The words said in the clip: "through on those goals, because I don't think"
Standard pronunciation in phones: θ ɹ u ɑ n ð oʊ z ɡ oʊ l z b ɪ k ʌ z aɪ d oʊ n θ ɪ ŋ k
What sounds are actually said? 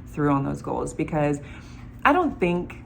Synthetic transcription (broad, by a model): θ ɹ u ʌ n ð oʊ z ɡ oʊ l z b ɪ k ʌ z aɪ d oʊ n θ ɪ ŋ k